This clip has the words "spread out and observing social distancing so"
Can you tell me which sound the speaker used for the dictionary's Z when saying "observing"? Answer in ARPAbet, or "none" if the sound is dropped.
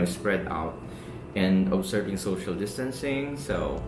S